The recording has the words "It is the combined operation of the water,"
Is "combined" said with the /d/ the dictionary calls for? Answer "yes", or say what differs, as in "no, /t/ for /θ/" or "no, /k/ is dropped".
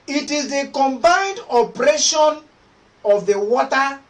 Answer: yes